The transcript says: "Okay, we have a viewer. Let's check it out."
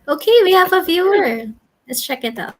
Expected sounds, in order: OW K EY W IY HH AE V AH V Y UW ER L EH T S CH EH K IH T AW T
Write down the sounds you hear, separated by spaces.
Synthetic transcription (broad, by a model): OW K EY W IY HH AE V AH V Y UW ER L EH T S CH EH K IH T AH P